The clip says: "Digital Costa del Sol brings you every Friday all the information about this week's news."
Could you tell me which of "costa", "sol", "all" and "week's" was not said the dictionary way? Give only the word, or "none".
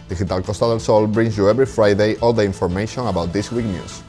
week's